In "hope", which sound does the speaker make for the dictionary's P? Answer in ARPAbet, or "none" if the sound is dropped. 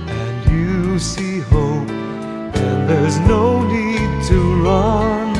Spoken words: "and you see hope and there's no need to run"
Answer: none